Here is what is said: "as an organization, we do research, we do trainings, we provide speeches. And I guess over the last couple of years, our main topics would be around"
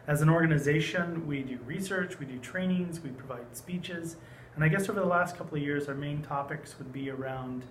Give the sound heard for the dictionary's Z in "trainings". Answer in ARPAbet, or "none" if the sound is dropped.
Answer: Z